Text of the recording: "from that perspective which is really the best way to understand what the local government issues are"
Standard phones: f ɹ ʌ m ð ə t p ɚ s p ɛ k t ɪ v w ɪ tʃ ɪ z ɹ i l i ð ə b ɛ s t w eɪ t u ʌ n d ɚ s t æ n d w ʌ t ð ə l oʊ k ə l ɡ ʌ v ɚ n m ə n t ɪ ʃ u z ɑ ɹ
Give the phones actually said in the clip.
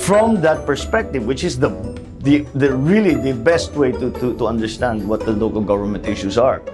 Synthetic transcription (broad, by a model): f ɹ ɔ m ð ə t p ɚ s p ɛ k t ɪ v w ɪ tʃ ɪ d ɹ i l i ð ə b ɛ s t w eɪ t u ʌ n d ɚ s t æ n d w ʌ t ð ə l oʊ k ə l ɡ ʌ v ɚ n m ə n t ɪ ʃ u s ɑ ɹ